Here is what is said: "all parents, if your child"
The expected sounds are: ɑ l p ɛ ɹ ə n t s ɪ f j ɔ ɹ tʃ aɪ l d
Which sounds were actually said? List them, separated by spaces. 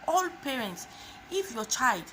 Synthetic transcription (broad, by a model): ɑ l p ɛ ɹ ə n t s ɪ f j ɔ tʃ aɪ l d